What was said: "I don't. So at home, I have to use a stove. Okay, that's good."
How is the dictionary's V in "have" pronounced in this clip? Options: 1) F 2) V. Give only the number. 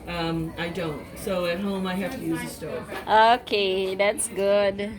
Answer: 1